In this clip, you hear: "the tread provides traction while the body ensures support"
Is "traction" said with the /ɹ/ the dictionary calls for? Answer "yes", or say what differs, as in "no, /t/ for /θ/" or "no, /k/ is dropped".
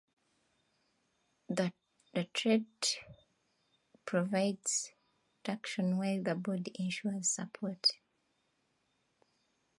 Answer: no, /ɹ/ is dropped